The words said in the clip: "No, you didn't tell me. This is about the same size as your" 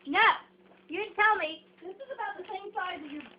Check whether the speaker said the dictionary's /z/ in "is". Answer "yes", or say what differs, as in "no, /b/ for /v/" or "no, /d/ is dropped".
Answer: yes